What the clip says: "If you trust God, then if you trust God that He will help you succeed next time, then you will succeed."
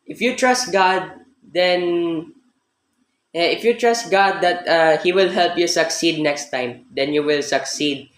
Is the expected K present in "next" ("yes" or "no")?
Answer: yes